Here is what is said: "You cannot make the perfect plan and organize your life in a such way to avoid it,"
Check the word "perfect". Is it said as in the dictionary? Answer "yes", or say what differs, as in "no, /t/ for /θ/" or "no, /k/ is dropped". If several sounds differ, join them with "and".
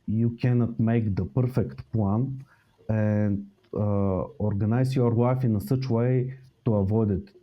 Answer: yes